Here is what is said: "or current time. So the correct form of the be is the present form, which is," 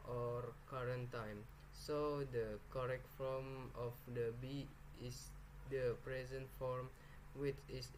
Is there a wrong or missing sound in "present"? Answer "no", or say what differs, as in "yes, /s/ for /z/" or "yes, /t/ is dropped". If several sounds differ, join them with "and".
no